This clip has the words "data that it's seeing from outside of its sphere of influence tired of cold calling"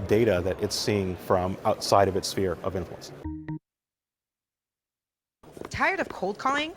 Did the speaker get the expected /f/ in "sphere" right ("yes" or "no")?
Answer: yes